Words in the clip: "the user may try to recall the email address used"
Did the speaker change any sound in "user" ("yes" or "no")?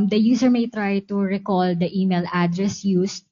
yes